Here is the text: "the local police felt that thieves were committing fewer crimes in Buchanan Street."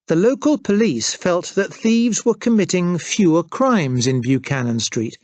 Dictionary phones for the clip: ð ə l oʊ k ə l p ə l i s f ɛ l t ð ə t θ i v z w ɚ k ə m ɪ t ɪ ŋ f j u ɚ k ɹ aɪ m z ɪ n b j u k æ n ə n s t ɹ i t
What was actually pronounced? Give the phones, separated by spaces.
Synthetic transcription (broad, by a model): ð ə l oʊ k ə l p ə l i s f ɛ l t ð ə t θ i v z w ɚ k ə m ɪ t ɪ ŋ f j u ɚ k ɹ aɪ m z ɪ n b j u k æ n ə n s t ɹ i t